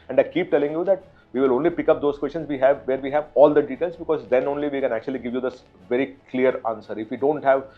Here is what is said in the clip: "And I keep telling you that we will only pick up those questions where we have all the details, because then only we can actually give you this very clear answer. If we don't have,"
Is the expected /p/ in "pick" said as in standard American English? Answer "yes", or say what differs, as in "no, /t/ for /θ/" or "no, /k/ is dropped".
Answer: yes